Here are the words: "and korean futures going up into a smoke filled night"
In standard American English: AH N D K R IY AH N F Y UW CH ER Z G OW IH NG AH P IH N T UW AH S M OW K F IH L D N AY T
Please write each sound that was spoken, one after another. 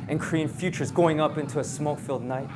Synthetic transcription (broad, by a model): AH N K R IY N F Y UW CH ER Z G OW IH NG AH P IH N T UW AH S M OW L F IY L D N AY T